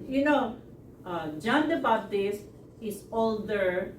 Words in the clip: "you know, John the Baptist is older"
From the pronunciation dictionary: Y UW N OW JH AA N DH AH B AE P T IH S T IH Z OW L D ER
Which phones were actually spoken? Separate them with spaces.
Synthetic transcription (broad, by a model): Y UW N OW JH AA N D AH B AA B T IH S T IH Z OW L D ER